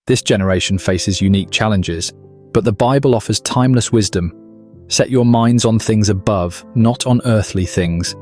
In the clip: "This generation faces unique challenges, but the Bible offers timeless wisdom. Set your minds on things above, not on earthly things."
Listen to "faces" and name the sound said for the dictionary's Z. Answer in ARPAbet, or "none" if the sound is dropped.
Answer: Z